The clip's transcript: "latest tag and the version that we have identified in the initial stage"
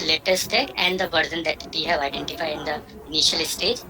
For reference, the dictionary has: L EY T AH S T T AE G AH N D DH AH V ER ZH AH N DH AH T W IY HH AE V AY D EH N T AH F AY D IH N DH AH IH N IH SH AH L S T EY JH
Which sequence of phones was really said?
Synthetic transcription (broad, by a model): L EY T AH S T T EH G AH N D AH B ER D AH N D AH T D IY HH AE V AY D EH N T AH F AY D IH N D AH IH N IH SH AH L S T EY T